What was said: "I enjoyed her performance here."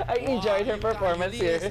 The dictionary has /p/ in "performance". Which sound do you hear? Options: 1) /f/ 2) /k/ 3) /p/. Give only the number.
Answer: 3